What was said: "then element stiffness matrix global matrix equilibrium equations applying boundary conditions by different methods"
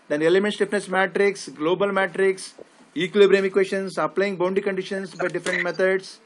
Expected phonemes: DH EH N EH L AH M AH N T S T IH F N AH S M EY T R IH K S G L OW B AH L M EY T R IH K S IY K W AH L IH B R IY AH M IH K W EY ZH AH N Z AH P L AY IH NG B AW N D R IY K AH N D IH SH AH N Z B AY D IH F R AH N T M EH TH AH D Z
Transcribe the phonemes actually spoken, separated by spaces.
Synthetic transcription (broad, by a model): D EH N EH L AH M AH N T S T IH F N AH S M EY T R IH K S G L OW B AH L M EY T R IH K S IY K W L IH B R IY M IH K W EY SH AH N S AH P L AY IH NG B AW N D IY K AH N D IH SH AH N S B AY D IH F R AH N T M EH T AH D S